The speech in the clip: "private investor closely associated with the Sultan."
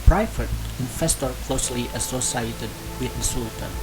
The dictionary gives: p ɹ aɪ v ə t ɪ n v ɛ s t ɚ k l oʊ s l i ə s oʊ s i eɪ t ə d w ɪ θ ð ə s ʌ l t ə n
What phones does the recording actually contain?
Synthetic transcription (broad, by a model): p ɹ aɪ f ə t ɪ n f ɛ s t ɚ k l oʊ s l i ə s oʊ s i eɪ t ə d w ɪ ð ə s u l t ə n